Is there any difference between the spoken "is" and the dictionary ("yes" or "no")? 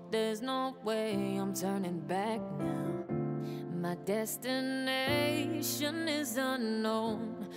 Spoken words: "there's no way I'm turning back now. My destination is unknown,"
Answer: no